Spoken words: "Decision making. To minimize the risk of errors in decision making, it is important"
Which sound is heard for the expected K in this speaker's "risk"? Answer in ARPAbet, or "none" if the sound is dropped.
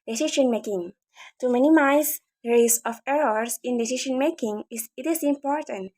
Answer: none